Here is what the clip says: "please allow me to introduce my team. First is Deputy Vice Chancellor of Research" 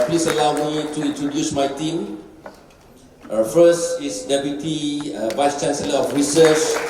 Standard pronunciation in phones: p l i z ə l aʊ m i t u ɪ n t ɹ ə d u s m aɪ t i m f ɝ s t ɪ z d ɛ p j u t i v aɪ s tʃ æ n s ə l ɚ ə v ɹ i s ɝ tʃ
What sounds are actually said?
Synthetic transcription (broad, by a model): p l i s ə l aʊ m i t u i n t ɹ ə d u s m aɪ t i m f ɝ s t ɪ s d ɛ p j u t i v aɪ s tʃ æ n s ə l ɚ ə f ɹ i s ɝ tʃ